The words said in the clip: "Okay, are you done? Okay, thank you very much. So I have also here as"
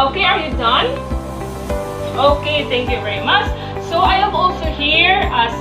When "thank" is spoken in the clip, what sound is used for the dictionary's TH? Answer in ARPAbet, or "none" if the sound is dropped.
T